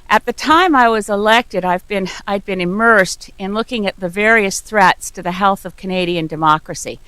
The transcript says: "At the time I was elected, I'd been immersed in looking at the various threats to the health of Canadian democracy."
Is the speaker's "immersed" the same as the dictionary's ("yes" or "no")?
yes